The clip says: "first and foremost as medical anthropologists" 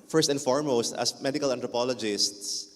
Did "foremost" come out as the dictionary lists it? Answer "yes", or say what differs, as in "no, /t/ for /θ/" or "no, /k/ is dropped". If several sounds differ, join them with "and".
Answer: yes